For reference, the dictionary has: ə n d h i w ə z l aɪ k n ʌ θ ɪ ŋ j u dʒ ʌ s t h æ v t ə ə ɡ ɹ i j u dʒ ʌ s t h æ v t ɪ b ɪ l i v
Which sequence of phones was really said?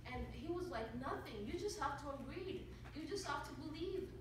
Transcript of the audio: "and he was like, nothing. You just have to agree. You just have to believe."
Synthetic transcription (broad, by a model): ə n h i w ə z l aɪ k n ʌ θ ɪ ŋ j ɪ dʒ ʌ s t h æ f t ə ə ɡ ɹ i j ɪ dʒ ʌ s t h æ f t ɪ b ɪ l i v